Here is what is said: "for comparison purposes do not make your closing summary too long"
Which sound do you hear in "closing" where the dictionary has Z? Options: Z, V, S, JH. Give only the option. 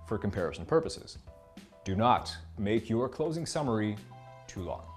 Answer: Z